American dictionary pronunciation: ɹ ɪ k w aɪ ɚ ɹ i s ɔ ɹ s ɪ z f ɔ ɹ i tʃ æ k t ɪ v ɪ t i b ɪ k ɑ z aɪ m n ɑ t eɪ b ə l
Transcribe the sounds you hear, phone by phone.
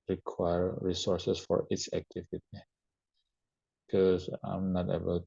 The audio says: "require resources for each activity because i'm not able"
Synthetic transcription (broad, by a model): ɹ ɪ k w aɪ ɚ ɹ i s ɔ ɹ s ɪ s f ɔ ɹ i s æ k t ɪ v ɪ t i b k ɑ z aɪ m n ɑ t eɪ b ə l